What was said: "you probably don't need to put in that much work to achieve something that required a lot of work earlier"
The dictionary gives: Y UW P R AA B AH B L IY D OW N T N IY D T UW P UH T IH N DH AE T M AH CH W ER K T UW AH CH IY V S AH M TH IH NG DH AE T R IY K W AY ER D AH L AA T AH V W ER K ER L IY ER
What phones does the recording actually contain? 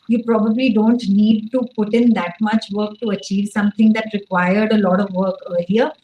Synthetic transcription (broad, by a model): Y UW P R AA B AH B L IY D OW N T N IY D T UW P UH T IH N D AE T M AH CH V ER K T UW AH CH IY V S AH M T IH NG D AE T R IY K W AY ER D AH L AA T AH V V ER K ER L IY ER